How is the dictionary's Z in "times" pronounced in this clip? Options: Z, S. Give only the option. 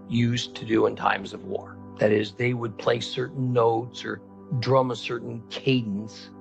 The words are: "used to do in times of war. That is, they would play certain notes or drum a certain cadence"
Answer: Z